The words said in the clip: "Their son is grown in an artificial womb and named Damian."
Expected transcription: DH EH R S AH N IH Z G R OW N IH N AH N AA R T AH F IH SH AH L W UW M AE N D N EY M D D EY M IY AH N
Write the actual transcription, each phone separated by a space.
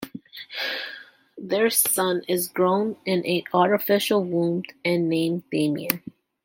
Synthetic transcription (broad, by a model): DH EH R S AH N IH Z G R OW N IH N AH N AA R T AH F IH SH L W UW M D N EY M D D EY M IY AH